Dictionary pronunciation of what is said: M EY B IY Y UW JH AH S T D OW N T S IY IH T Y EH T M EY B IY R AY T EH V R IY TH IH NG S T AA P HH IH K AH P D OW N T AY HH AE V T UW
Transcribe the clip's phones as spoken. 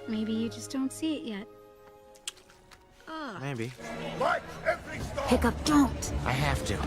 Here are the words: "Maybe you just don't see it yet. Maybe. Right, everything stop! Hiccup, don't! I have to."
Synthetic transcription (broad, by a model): M EY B IY Y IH JH AH S D OW N T S IY IH T Y EH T M EY B IY W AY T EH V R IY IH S P IH K AH P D OW N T AY HH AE F T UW